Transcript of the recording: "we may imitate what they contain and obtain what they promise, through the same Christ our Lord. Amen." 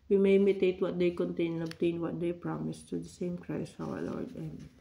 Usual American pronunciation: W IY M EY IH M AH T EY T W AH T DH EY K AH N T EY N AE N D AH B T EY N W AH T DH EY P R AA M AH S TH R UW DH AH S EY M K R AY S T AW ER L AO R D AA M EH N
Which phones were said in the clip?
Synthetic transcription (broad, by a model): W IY M EY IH M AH T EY T W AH T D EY K AH N T EY N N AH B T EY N W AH T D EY P R AA M AH S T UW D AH S EY M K R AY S AW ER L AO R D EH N